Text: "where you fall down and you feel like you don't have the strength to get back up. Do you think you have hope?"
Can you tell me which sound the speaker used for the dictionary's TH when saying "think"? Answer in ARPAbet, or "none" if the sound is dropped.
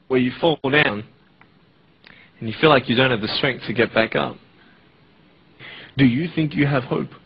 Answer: TH